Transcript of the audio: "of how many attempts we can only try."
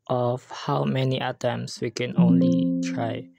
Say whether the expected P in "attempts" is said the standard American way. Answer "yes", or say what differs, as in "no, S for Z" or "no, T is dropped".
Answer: no, P is dropped